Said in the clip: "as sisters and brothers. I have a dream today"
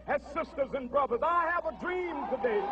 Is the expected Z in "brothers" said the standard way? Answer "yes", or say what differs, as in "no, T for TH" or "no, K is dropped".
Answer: yes